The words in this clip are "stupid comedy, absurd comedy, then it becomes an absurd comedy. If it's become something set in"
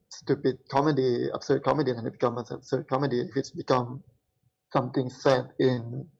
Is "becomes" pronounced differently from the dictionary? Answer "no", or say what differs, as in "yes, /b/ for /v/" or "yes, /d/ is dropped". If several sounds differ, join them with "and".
yes, /z/ is dropped